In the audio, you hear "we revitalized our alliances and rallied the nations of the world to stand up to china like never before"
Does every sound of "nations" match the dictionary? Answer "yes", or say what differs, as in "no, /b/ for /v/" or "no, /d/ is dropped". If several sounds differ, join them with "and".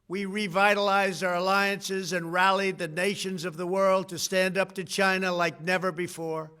yes